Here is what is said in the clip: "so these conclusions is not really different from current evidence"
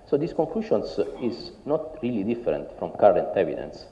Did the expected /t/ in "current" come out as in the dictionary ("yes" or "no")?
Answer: yes